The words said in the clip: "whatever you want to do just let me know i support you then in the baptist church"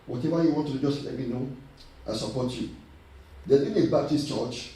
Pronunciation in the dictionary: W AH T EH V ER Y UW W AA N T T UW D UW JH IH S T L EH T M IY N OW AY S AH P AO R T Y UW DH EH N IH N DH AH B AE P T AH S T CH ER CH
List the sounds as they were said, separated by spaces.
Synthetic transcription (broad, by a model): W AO T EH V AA Y UW W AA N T T UW D UW JH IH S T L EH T M IY N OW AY S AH P AO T Y UW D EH IH N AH B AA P T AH S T CH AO CH